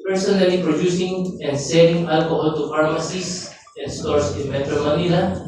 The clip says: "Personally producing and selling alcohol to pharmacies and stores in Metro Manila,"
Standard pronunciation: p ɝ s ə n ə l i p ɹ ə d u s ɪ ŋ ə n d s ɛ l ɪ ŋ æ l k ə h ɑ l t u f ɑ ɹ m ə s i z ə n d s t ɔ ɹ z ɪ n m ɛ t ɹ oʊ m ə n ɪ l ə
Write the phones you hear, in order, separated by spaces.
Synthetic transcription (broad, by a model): p ɝ s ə n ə l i p ɹ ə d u s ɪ ŋ ə n d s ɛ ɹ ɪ ŋ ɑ l k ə h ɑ l t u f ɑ ɹ m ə s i s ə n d s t ɔ ɹ s ɪ n m ɛ t ɹ oʊ m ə n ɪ l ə